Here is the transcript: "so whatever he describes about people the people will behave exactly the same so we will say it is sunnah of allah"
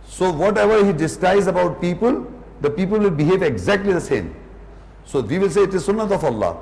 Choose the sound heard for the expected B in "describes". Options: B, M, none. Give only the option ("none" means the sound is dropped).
none